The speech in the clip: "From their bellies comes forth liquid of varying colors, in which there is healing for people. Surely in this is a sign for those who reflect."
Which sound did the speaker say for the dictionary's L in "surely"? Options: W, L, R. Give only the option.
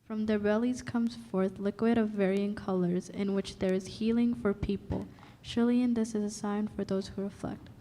L